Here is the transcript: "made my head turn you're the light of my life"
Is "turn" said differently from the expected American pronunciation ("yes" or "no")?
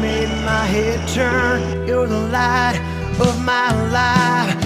no